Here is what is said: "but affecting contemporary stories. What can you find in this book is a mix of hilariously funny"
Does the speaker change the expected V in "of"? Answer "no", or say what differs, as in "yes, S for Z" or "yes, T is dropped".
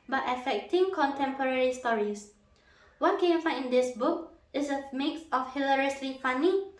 yes, F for V